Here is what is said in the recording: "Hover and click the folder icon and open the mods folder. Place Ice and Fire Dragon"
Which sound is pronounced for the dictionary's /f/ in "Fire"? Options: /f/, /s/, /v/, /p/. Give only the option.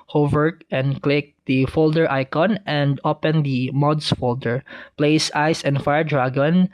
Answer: /f/